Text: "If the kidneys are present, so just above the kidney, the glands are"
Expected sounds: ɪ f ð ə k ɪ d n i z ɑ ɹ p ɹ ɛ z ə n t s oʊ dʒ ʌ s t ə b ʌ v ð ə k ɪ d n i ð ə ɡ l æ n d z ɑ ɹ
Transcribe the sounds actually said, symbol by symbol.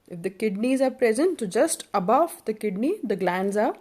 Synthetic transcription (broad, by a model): ɪ f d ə k ɪ d n i z ɑ ɹ p ɹ ɛ z ə n t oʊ dʒ ʌ s t ə b ʌ v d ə k ɪ d n i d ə ɡ l æ n d z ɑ ɹ